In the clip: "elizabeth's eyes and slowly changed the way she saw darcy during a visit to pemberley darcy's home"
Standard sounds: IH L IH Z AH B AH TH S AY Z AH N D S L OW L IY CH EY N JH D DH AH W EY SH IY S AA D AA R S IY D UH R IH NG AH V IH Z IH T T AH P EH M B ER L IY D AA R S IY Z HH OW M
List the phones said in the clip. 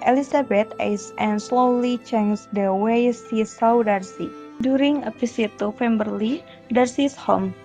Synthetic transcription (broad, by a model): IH L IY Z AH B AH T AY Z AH N S L OW L IY CH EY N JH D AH W EY S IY S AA D AA R S IY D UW R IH NG AH P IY S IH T T AH F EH M B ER L IY D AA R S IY S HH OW M